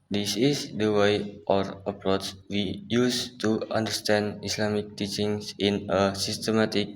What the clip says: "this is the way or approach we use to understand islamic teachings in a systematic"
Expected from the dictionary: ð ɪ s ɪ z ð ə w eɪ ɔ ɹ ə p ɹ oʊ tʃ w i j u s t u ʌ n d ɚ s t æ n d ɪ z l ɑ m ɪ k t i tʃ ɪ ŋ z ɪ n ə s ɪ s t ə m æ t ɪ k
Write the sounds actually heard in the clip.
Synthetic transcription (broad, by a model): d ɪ s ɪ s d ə w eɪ ɔ ɹ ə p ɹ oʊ s w i j u s t u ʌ n d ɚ s t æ n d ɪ s l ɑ m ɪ k t i tʃ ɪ ŋ s ɪ n ə s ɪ s t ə m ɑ t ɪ k